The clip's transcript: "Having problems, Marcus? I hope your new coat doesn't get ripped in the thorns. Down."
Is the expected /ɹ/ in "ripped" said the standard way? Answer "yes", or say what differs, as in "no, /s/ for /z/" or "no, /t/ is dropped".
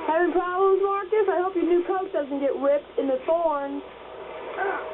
no, /w/ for /ɹ/